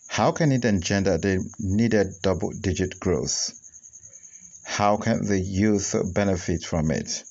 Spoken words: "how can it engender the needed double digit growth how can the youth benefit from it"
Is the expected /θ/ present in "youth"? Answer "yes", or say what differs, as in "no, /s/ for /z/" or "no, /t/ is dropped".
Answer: yes